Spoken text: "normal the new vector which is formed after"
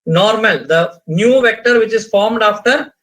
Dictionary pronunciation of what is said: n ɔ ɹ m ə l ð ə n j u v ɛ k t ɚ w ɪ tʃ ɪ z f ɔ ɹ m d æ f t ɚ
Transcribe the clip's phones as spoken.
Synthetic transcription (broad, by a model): n ɔ ɹ m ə l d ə n j u v ɛ k t ɚ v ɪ tʃ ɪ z f ɔ ɹ m d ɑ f t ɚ